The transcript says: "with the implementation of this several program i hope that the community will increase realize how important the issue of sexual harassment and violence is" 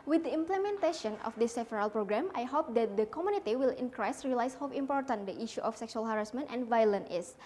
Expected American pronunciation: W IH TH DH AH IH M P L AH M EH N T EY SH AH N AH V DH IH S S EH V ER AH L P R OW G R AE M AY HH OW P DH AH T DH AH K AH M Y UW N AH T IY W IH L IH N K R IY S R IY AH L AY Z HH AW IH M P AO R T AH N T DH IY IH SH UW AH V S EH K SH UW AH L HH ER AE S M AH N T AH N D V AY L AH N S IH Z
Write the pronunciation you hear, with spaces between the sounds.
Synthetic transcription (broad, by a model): W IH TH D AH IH M P L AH M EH N T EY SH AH N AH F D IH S S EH F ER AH L P R OW G R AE M AY HH OW P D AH T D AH K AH M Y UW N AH T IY W IH L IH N K R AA S R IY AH L AY S HH AW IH M P AO R T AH N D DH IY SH UW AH F S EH K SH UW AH L HH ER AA S M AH N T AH N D V AY L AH N IH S